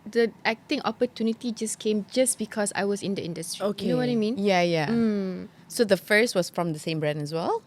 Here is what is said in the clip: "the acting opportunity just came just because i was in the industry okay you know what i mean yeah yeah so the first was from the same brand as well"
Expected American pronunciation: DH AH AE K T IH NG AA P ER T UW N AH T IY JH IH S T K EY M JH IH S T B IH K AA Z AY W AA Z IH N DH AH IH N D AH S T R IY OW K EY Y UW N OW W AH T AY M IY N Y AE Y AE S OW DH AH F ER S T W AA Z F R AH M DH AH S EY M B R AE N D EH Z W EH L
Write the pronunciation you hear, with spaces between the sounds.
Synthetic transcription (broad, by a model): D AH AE K T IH NG AA P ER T UW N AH T IY JH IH S K EY M JH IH S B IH K AA S AY W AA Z IH N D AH IH N D AH S T R IY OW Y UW N OW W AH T AY M IY N Y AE Y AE S OW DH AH F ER S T W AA S F R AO M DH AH S EY M B R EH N EH S W EH L